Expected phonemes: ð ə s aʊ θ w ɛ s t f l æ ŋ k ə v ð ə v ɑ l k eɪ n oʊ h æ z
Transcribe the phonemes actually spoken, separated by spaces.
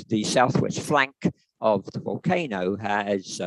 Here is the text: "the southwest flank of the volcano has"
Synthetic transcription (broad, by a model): ð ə s aʊ θ w ɛ s t f l æ ŋ k ə v ð ə v ɑ l k eɪ n oʊ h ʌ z